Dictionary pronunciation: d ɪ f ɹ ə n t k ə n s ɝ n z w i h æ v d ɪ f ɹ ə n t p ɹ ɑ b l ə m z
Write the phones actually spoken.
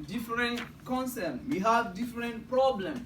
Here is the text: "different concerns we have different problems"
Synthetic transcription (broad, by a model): d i f ɹ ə n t k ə n s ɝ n w i h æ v d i f ɹ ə n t p ɹ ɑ b l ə m